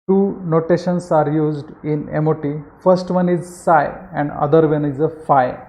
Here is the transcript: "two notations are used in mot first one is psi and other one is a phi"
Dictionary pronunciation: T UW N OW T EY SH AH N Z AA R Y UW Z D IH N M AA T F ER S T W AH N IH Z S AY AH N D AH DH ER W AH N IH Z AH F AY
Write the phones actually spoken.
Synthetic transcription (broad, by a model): T UW N OW T EY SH AH N S AA R Y UW Z D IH N M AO T F ER S T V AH N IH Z S AY AH N D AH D ER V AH N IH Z AH F AY